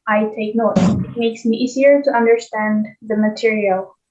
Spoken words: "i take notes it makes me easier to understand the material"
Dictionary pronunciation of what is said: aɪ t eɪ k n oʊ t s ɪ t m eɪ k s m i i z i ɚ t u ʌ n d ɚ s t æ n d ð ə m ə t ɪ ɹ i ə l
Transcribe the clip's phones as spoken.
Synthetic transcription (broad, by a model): aɪ t eɪ k n oʊ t ɪ t m eɪ k s m i i z i ɚ t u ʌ n d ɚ s t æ n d ð ə m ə t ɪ ɹ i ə l